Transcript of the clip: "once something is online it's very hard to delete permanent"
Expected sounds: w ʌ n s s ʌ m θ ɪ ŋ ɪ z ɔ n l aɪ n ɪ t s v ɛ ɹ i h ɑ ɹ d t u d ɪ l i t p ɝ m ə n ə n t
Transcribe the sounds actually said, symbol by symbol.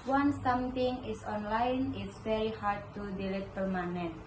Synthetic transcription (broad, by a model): w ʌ n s s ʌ m t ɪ ŋ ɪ s ɔ n l aɪ n ɪ t s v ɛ ɹ i h ɑ ɹ d t u d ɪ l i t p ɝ m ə n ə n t